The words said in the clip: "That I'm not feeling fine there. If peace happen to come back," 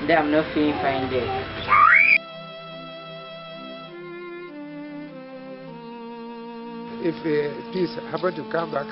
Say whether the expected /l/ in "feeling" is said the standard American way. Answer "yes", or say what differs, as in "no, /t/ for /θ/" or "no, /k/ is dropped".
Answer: no, /l/ is dropped